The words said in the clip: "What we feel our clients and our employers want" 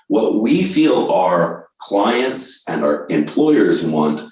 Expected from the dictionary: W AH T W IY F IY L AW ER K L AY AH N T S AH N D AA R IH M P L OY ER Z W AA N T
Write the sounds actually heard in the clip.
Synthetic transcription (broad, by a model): W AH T W IY F IY L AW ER K L AY AH N T S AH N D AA R IH M P L OY ER Z W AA N T